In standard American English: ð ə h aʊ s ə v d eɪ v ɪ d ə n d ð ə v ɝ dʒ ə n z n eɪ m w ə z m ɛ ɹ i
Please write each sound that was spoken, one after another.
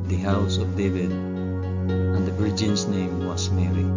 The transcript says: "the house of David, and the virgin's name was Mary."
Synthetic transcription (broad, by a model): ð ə h aʊ s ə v d eɪ v ɪ d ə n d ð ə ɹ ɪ dʒ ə n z n eɪ m w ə s m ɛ ɹ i